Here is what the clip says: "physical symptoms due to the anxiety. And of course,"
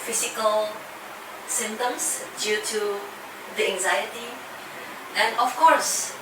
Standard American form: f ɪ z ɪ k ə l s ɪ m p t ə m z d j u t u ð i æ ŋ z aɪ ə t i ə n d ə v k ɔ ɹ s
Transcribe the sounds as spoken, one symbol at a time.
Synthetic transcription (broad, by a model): f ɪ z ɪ k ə l s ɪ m t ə m s d j u t u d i æ ŋ z aɪ ə t i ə n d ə f k ɔ ɹ s